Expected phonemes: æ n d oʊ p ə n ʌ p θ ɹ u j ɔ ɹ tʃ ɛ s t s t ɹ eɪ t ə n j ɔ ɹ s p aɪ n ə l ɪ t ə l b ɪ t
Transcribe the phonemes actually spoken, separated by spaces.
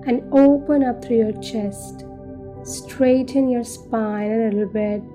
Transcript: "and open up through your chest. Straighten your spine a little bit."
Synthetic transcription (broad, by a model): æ n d oʊ p ə n ʌ p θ ɹ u j ɔ ɹ tʃ ɛ s t s t ɹ eɪ t ə n j ɔ ɹ s p aɪ l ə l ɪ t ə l b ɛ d